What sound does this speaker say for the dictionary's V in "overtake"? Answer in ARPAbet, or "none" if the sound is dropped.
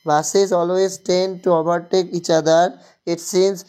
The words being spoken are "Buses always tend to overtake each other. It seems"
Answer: B